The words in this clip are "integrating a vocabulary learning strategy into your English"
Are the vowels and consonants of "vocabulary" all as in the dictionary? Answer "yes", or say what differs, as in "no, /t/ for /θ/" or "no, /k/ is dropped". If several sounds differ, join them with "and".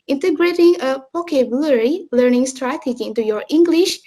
no, /p/ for /v/